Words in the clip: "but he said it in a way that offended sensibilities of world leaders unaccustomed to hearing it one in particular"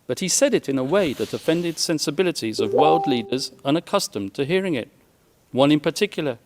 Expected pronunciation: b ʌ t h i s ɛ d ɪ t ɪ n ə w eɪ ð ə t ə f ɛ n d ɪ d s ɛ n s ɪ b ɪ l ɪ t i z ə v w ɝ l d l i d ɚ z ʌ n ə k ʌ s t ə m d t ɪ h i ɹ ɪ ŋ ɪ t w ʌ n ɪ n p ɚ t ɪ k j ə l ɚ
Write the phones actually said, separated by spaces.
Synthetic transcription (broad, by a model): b ʌ t h i s ɛ d ɪ t ɪ n ə w eɪ ð ə t ə f ɛ n d ɪ d s ɛ n s ɪ b ɪ l ɪ t i z ə v w ɝ l d l i d ɚ z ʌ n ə k ʌ s t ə m t ɪ h i ɹ ɪ ŋ ɪ t w ʌ n ɪ n p ɚ t ɪ k j l ɚ